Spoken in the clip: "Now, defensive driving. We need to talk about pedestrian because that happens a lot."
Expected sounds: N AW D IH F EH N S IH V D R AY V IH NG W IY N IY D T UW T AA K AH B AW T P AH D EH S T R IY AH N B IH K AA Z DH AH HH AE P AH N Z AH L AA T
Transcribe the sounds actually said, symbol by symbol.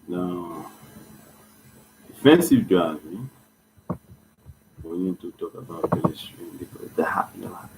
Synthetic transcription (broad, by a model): N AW D IH F EH N S IH V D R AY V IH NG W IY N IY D T UW T AA K AH B AW T B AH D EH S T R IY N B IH K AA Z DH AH HH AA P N AH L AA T